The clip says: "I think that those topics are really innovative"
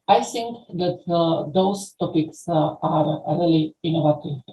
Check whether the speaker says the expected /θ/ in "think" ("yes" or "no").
no